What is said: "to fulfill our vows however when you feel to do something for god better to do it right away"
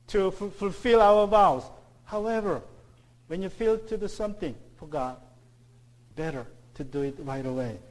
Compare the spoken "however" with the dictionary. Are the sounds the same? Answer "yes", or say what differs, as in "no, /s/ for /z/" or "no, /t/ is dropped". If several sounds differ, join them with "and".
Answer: yes